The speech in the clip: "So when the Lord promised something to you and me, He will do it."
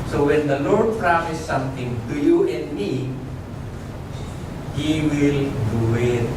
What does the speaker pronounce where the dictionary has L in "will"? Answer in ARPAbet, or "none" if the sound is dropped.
L